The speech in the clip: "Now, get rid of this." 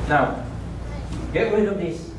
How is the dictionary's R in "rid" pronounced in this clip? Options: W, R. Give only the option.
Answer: W